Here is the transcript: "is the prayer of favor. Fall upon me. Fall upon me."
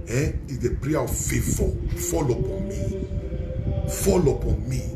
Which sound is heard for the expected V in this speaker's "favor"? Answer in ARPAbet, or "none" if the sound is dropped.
F